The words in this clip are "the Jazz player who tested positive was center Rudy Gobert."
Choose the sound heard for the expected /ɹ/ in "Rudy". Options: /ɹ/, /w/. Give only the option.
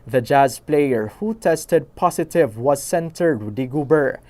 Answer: /w/